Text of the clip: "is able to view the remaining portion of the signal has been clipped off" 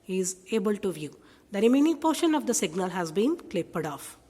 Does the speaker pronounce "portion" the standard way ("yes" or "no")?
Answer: yes